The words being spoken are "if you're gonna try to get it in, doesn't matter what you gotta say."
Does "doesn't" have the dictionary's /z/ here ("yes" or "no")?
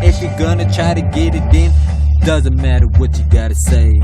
yes